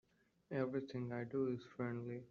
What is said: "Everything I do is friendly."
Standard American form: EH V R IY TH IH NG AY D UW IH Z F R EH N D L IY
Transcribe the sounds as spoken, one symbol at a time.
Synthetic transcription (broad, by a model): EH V R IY T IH NG AY D UW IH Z F R EH N D L IY